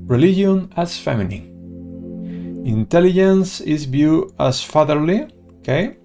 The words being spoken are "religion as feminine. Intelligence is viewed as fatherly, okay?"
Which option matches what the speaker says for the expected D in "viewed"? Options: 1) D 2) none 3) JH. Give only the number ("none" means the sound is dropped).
2